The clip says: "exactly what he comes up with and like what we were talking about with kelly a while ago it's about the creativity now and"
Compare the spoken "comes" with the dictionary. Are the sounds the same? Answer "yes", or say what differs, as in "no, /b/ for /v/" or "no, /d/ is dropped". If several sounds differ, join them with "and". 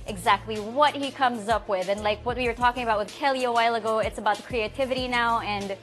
yes